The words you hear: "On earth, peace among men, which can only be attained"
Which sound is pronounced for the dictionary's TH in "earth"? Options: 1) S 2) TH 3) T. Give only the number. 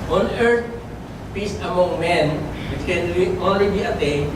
3